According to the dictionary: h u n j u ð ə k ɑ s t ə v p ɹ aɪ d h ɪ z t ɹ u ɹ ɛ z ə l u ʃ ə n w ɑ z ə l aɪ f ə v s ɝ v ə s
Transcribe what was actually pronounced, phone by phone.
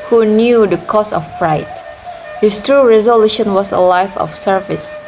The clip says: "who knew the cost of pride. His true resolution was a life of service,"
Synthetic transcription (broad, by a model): h u n j u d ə k ɑ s ə f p ɹ aɪ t h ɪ s t ɹ u ɹ ɛ z ə l u ʃ ə n w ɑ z ə l aɪ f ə f s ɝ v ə s